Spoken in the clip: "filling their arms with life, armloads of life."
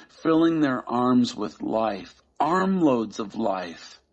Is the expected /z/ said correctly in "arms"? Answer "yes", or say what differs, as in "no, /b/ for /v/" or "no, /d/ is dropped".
yes